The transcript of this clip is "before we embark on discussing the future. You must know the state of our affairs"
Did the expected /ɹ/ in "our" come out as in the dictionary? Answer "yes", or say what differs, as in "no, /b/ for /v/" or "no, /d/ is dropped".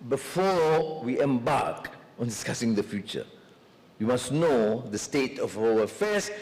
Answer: no, /l/ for /ɹ/